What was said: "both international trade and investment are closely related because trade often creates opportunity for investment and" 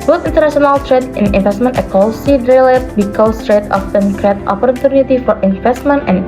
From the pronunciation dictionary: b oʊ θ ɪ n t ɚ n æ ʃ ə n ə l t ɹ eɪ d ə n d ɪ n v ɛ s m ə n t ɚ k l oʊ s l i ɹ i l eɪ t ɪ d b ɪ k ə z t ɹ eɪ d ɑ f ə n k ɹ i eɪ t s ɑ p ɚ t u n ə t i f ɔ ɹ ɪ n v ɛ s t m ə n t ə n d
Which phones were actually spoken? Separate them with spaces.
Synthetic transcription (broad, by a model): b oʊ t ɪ n t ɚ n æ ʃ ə n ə l t ɹ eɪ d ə n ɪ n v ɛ s m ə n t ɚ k oʊ l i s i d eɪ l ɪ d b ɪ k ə s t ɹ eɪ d ɑ f ə n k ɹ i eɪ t ɑ p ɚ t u n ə t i f ɔ ɹ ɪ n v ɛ s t m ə n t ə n